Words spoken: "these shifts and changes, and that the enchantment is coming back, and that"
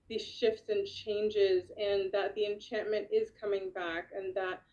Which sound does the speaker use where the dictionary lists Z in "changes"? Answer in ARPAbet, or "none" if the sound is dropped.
Z